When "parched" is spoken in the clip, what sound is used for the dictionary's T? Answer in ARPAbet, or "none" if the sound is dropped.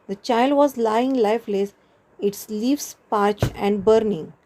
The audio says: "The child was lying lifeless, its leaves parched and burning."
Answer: none